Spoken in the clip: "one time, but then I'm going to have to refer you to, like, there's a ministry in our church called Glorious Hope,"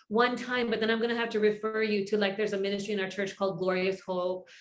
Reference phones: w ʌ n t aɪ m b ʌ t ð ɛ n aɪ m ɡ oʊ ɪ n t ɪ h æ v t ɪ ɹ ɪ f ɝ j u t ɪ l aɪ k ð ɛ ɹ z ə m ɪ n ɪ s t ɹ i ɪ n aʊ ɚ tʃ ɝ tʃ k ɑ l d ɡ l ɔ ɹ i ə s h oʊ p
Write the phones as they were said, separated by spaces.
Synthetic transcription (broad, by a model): w ʌ n t aɪ m b ʌ t ð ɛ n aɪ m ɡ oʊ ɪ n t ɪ h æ f t ɪ ɹ ɪ f ɝ j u t ɪ l aɪ k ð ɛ ɹ z ə m ɪ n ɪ s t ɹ i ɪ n aʊ ɚ tʃ ɝ tʃ k ɑ l d ɡ l ɔ ɹ i ə s h oʊ p